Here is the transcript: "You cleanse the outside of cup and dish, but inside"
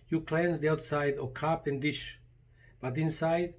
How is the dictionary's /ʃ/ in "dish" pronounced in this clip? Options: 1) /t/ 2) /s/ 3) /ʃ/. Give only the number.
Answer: 3